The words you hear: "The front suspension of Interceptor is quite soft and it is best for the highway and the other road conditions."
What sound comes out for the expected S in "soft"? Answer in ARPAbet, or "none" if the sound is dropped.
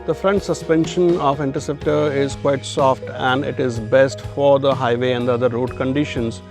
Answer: S